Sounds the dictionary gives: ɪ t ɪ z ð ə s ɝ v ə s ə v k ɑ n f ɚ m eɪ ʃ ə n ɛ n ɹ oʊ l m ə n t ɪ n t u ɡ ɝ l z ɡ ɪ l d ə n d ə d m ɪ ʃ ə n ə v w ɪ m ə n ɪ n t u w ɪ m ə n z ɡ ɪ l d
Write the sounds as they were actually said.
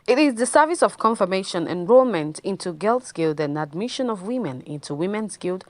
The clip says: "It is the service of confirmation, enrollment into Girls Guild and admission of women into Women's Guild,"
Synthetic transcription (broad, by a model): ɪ t ɪ z ð ə s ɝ v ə s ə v k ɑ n f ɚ m eɪ ʃ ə n ɛ n ɹ oʊ l m ə n t ɪ n t u ɡ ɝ l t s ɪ l d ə n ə d m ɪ ʃ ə n ə v w ɪ m ə n ɪ n t u w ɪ m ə n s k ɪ l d